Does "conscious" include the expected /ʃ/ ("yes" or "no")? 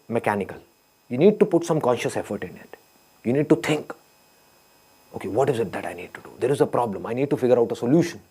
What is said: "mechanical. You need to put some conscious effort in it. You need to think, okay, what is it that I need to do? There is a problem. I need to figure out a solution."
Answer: yes